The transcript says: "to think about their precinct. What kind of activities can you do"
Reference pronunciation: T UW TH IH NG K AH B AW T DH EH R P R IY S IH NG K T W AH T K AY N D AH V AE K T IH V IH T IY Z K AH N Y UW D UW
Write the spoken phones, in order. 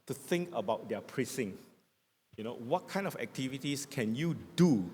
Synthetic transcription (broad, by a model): T UW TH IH NG K AH B AW T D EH P R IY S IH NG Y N W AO T K AY N D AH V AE K T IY V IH T IY S K AH N Y UW D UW